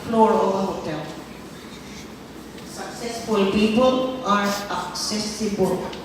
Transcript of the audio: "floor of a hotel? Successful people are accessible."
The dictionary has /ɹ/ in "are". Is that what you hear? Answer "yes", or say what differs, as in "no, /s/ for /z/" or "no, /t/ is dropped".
yes